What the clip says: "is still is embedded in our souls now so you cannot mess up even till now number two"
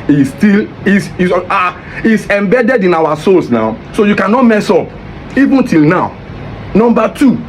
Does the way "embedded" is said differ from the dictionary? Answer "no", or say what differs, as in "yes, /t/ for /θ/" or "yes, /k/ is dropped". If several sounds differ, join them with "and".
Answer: no